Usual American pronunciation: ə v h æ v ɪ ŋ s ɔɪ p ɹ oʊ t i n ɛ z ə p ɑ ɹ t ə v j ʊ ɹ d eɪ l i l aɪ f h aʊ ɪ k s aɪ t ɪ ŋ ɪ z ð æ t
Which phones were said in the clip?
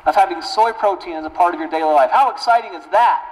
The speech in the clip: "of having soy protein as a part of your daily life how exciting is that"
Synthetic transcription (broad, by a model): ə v h æ v ɪ ŋ s ɔɪ p ɹ oʊ t i n z ə p ɑ ɹ t ə v j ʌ ɹ d eɪ l i l aɪ f h aʊ ɪ k s aɪ t ɪ ŋ ɪ z ð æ t